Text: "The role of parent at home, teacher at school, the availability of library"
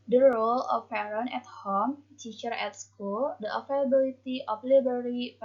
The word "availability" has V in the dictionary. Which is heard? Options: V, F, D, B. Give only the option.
F